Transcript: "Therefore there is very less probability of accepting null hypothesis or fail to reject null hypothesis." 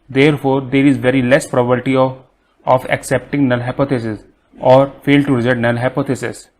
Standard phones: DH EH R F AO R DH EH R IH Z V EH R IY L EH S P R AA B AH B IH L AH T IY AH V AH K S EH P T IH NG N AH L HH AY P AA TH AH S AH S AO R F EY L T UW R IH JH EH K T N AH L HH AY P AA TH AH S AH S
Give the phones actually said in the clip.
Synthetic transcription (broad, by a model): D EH R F AO R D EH R IH Z V EH R IY L EH S P R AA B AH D T IY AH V AH K S EH P T IH NG N AH L HH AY P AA T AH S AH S AO R F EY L T UW R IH Z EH T N AH L HH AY P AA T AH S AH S